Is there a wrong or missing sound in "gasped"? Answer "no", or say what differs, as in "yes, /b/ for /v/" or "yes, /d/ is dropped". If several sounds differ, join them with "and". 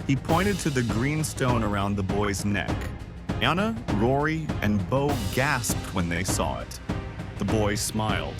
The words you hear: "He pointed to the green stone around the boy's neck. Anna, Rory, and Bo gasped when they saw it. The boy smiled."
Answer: no